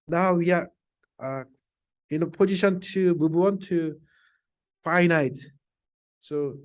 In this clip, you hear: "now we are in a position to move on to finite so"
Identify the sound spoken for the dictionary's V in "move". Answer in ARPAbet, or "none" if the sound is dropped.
B